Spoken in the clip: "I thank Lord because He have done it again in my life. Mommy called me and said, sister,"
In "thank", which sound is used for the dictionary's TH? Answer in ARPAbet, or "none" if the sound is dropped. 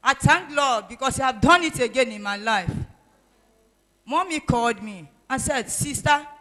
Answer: T